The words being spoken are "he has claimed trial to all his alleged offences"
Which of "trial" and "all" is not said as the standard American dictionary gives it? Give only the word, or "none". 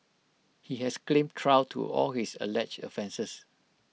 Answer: trial